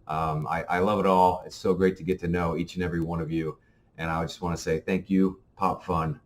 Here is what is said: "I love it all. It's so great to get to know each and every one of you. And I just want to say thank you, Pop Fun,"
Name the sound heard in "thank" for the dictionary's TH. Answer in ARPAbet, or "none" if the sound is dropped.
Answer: TH